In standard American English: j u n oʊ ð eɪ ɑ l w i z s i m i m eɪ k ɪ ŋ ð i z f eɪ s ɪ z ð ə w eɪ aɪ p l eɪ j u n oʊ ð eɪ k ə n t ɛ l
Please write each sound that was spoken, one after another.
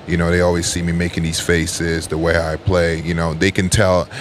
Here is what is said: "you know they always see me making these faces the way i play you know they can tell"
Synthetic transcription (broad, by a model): j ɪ n oʊ ð eɪ ɑ l w i z s i m i m eɪ k ɪ ŋ ð i z f eɪ s ɪ z ð ə w eɪ aɪ p l eɪ j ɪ n oʊ ð eɪ k ə n t ɛ l